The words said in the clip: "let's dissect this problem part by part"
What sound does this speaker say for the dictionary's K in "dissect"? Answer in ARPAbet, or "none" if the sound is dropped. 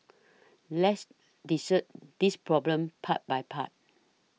none